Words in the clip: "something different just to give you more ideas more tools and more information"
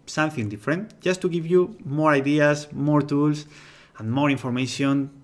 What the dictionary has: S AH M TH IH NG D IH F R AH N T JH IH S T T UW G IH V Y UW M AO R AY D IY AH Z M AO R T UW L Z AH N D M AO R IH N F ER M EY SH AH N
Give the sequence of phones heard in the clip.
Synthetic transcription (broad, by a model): S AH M TH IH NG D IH F R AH N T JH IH S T T UW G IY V Y UW M AO R AY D IY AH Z M AO R T UW L S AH N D M AO R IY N F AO M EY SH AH N